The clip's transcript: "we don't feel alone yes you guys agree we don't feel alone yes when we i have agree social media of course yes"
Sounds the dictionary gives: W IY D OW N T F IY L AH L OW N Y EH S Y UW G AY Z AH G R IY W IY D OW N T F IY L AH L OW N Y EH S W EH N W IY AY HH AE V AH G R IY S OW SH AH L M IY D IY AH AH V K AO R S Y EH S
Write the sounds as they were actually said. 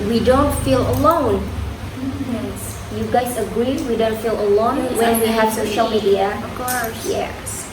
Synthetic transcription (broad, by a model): W IY D OW N T F IY L AH L OW N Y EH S Y UW G AY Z AH G R IY W IY D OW N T F IY L AH L OW N W EH N W IY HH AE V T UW SH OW AH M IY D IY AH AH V K AO R S Y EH